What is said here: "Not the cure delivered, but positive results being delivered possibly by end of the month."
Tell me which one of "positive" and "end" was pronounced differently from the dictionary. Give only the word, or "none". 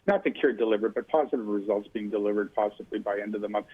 none